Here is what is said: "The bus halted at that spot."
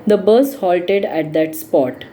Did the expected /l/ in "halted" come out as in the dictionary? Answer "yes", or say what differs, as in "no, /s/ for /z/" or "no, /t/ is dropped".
yes